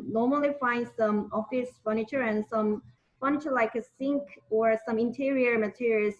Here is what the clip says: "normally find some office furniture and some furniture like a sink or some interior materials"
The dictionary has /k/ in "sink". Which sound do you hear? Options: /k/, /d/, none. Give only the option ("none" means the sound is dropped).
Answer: /k/